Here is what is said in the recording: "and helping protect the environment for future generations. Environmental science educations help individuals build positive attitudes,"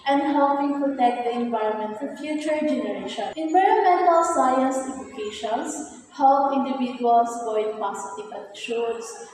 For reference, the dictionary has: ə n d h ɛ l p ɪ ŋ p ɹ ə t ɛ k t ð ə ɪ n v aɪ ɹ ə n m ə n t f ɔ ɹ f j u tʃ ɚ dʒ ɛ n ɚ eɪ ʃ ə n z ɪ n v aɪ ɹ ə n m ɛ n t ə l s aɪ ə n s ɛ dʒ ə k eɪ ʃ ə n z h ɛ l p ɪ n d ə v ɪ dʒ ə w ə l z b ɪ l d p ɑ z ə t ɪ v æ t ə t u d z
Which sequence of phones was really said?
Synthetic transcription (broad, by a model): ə n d h ɛ l p ɪ ŋ p ɹ ə t ɛ k t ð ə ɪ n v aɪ ɹ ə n m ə n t f ɔ ɹ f j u tʃ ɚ dʒ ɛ n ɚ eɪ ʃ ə n ɪ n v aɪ ɹ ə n m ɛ n t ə l s aɪ ə n s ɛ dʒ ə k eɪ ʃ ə n s h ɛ l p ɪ n d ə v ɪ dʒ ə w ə l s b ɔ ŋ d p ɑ s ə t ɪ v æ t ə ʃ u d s